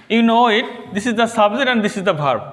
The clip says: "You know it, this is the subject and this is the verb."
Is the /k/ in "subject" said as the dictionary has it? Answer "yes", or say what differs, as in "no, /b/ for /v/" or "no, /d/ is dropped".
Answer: no, /k/ is dropped